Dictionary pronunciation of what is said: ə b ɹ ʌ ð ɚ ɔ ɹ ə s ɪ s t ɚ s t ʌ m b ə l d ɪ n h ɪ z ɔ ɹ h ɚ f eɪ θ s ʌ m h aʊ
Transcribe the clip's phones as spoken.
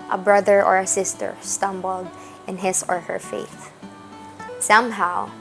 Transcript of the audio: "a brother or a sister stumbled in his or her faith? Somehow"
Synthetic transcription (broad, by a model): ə b ɹ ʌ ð ɚ ɔ ɹ ə s ɪ s t ɚ s t ʌ m b ə l d ɪ n h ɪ s ɔ ɹ h ɚ f eɪ θ s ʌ m h aʊ